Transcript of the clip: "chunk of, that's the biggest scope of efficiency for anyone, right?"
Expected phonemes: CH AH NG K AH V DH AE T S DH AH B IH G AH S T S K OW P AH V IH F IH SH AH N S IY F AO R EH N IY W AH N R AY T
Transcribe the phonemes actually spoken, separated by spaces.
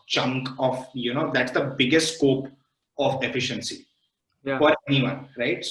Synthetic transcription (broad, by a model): CH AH NG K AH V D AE T S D AH B IH G AH S T S K OW P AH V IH F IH SH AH N S IY F AO R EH N IY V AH N R AY T